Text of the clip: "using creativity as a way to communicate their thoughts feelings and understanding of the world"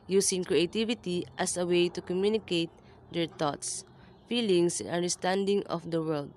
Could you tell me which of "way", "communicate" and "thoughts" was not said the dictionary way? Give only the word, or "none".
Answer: thoughts